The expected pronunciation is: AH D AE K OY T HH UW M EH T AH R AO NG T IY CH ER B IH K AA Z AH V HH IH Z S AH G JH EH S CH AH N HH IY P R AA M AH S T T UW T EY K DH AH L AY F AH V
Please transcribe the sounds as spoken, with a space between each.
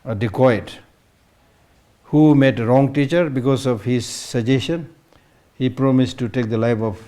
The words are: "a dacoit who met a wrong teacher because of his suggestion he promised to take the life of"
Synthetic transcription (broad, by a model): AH D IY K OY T HH UW M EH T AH R AO NG T IY CH ER B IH K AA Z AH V HH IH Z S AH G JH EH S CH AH N HH IY P R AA M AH S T T UW T EY K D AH L AY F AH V